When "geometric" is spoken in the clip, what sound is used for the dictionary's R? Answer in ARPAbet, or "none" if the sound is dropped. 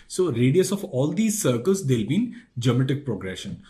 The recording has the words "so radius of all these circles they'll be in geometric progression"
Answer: none